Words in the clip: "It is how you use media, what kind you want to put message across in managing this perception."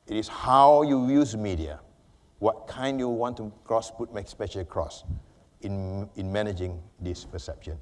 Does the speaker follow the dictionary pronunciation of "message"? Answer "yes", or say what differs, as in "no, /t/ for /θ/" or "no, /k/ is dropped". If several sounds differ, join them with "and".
no, /ʃ/ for /dʒ/